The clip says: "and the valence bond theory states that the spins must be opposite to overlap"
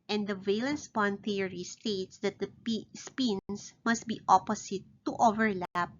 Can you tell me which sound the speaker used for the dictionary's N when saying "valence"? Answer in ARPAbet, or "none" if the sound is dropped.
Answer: N